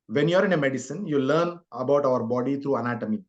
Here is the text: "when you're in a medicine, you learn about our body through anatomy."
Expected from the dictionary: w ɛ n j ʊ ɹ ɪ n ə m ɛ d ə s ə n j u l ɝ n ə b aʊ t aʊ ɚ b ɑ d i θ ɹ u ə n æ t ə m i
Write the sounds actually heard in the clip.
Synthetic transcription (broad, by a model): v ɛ n j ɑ ɹ ɪ n ə m ɛ d ə s ə n j u l ɝ n ə b aʊ t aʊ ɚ b ɑ d i t ɹ u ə n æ t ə m i